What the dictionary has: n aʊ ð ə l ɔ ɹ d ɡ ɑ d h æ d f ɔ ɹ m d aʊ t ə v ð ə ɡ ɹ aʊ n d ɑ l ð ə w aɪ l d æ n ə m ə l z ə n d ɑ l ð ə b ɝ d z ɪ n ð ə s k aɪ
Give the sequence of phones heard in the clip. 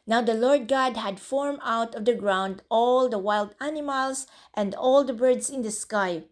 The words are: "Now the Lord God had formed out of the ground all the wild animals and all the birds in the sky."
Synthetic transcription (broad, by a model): n aʊ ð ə l ɔ ɹ d ɡ ɑ d h æ d f ɔ ɹ m aʊ t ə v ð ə ɡ ɹ aʊ n d ɑ l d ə w aɪ l d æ n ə m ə l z ə n d ɑ l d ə b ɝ d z ɪ n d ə s k aɪ